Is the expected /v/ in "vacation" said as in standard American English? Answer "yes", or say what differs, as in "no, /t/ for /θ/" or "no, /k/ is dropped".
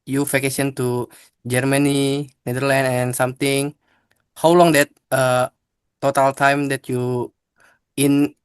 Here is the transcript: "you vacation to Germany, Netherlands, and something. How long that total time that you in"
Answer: no, /f/ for /v/